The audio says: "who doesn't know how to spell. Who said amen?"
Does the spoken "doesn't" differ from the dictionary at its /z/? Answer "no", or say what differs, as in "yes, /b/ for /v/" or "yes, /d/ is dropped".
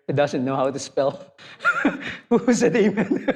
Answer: no